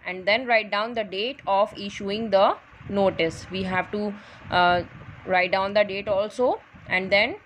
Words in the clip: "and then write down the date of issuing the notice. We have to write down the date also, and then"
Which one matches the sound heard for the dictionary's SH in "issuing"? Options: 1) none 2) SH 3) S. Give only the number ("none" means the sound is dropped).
2